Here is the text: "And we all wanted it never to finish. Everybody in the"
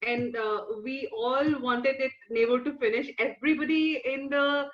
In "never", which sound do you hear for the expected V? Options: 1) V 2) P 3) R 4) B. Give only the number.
4